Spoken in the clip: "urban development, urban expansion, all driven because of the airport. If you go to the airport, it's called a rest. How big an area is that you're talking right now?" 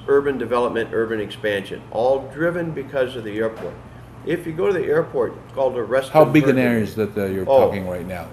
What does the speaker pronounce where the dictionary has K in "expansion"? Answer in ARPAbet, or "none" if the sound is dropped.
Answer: K